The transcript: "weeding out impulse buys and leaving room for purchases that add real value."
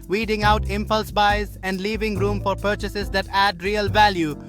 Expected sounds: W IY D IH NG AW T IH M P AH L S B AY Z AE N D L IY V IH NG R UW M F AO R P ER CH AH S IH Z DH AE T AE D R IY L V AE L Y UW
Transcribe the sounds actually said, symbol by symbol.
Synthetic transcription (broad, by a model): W IY D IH NG AW T IH M P AH L S B AY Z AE N D L IY V IH NG R UW M F AO R P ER CH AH S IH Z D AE T AE D R IY L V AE L Y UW